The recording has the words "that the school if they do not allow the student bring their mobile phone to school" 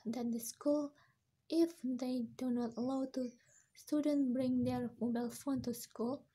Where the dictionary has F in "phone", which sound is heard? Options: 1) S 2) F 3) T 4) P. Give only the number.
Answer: 2